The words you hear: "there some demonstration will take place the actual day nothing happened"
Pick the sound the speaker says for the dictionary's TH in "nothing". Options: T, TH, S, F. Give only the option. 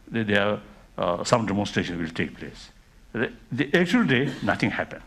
T